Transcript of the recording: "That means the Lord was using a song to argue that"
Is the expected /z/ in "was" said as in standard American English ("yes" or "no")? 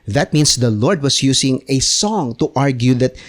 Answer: no